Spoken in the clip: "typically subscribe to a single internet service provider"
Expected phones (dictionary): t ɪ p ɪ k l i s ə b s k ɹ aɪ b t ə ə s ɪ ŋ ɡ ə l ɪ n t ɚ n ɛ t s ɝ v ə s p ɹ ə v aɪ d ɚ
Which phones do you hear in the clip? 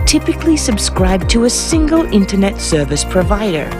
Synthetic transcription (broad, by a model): t ɪ p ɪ k l i s ə b s k ɹ aɪ b t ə ə s ɪ ŋ ɡ ə l ɪ n t ɚ n ɛ t s ɝ v ə s p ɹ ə v aɪ d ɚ